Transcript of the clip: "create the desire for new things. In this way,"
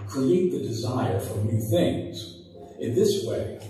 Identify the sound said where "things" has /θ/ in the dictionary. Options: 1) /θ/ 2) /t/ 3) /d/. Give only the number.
1